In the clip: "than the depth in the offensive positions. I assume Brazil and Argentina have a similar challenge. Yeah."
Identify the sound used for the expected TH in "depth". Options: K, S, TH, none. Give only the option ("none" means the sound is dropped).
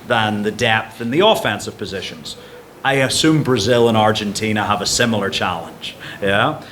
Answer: TH